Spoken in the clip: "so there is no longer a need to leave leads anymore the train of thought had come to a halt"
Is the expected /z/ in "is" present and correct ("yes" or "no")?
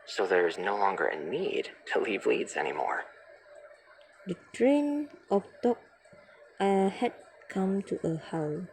yes